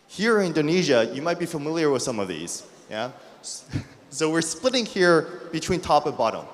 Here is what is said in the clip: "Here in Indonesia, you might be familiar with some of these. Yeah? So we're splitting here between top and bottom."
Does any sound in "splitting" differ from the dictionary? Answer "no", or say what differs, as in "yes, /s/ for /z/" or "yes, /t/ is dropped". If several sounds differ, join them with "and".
no